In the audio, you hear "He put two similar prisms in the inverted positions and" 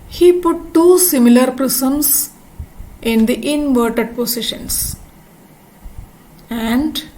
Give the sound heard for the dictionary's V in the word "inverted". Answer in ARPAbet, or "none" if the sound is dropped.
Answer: V